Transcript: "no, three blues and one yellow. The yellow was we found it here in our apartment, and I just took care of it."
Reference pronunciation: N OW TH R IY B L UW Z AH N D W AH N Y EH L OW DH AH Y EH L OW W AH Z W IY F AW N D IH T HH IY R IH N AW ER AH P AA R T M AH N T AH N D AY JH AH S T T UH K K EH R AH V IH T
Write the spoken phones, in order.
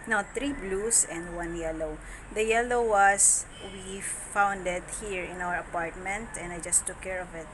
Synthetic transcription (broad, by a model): N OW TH R IY B L UW S AH N D W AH N Y EH L OW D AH Y EH L OW W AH S W IY F AW N D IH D HH IY R IH N AW ER AH P AA R T M AH N T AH N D AY JH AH S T T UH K K EH R AH V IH T